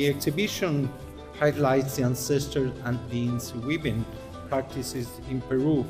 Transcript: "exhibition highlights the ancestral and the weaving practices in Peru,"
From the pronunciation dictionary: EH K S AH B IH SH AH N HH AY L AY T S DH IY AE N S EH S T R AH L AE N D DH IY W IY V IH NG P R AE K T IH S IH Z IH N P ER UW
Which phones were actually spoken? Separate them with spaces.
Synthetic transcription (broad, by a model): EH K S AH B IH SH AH N HH AY L AY T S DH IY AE N S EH S T AH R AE N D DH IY W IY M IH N P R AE K T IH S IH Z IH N P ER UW